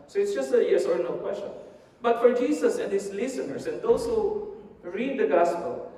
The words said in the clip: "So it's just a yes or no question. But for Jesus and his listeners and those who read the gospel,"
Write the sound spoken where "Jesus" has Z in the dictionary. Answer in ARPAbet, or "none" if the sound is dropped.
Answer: S